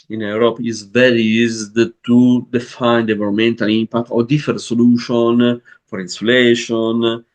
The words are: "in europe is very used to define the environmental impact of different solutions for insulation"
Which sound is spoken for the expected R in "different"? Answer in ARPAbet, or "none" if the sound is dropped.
none